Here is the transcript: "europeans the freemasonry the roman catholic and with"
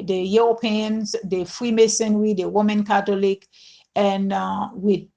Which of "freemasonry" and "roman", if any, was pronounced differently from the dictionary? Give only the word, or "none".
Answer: roman